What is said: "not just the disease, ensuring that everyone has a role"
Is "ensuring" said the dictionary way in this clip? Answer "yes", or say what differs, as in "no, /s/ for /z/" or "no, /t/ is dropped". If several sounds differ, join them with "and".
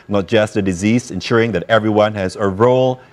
yes